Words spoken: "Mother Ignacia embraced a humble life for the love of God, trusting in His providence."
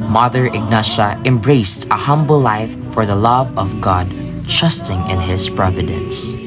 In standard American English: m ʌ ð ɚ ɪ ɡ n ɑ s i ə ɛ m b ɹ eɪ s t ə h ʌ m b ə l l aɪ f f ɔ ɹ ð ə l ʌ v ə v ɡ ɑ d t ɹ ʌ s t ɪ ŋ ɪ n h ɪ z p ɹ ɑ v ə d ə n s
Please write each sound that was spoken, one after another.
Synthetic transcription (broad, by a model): m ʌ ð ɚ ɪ ɡ n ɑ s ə ɛ m b ɹ eɪ s t ə h ʌ m b ə l l aɪ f f ɔ ɹ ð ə l ʌ v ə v ɡ ɑ d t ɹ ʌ s t ɪ ŋ ɪ n h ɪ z p ɹ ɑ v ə d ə n s